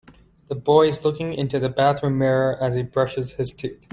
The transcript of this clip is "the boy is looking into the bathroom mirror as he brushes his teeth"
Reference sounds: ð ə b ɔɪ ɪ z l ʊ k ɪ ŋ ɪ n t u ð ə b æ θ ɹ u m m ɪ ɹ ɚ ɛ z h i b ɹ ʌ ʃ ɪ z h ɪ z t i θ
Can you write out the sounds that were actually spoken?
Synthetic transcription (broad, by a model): ð ə b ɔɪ ɪ z l ʊ k ɪ ŋ ɪ n t u ð ə b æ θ ɹ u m m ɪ ɹ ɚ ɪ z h i b ɹ ʌ ʃ ɪ z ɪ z t i θ